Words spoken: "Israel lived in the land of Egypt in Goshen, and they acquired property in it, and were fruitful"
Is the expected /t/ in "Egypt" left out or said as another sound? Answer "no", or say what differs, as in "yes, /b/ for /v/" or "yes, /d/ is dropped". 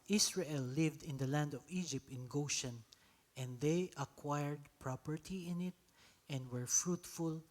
no